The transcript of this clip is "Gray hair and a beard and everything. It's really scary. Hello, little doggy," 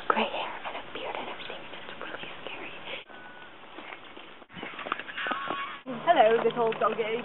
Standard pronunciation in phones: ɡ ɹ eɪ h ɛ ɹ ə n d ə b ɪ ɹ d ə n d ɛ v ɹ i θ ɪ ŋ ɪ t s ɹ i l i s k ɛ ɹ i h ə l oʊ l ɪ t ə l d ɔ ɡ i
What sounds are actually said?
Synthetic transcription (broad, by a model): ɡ ɹ eɪ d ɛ ɹ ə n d ə b ɪ ɹ d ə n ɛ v ɹ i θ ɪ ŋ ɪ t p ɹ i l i s k ɛ ɹ i h ə l oʊ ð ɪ s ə l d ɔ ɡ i